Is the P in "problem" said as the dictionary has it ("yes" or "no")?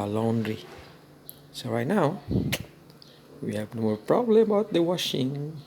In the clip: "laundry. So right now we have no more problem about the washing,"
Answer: yes